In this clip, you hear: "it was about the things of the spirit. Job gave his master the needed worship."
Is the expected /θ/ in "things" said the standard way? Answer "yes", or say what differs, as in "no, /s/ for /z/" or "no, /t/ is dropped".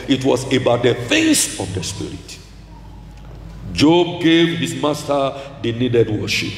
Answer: no, /f/ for /θ/